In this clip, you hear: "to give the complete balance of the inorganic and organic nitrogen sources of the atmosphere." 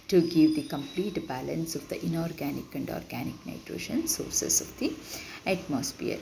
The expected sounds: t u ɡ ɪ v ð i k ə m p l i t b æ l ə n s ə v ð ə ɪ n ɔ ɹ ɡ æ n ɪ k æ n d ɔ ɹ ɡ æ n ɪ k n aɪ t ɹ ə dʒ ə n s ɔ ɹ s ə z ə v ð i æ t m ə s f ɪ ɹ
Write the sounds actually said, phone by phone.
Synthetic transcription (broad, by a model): t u ɡ ɪ v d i k ə m p l i t b æ l ə n s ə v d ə ɪ n ɔ ɹ ɡ æ n ɪ k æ n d ɔ ɹ ɡ æ n ɪ k n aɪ t ɹ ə ʃ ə n s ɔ ɹ s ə s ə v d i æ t m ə s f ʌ ɹ